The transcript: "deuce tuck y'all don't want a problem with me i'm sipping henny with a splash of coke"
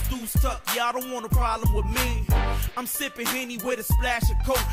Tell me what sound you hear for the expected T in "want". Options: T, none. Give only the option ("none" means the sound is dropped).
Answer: none